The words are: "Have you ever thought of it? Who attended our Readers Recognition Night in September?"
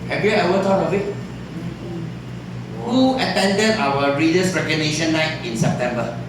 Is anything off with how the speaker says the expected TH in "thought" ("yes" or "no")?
yes